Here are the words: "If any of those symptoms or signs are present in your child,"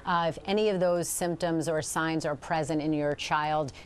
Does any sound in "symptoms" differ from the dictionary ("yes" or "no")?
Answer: no